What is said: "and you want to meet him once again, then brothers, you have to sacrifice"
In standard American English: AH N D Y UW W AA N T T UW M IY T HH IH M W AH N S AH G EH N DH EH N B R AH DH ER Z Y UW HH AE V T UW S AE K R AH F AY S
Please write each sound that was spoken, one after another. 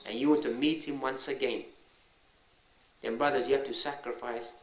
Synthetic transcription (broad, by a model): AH N Y UW W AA N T T UW M IY T HH IH M W AH N S AH G EH N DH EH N B R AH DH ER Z Y UW HH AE F T UW S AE K R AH F AY S